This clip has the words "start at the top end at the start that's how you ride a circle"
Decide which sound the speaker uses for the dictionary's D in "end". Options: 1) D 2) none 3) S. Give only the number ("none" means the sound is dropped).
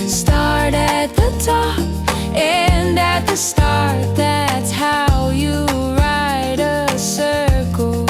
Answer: 2